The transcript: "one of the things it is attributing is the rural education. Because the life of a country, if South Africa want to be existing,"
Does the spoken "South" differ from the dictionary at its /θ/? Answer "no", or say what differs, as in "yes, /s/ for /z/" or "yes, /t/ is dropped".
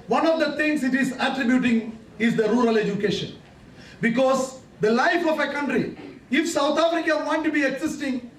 yes, /t/ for /θ/